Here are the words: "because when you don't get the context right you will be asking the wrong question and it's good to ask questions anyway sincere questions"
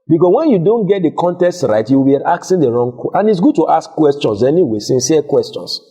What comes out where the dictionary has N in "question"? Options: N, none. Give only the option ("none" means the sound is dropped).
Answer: none